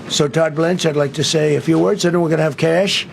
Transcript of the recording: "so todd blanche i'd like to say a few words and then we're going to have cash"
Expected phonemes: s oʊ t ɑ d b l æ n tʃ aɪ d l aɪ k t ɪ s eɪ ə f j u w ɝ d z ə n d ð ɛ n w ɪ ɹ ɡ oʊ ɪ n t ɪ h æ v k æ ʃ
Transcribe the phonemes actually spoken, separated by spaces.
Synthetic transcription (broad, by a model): s oʊ t ɑ d b l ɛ n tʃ aɪ d l aɪ k t ɪ s eɪ ə f j u w ɝ d z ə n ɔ w ɪ ɹ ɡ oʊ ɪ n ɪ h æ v k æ ʃ